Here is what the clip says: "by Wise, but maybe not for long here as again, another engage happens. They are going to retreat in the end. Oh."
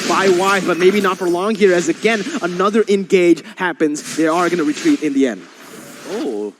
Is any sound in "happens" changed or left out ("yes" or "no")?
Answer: no